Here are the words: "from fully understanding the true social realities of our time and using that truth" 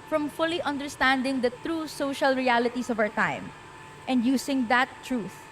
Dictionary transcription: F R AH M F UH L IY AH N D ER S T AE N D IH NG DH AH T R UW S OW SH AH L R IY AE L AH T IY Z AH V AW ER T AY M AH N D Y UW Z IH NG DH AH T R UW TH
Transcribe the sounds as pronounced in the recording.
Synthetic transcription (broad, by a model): F R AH M F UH L IY AH N D ER S T AE N D IH NG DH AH T R UW S OW SH AH L R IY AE L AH T IY S AH V AW ER T AY M AH N D Y UW S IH NG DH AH T R UW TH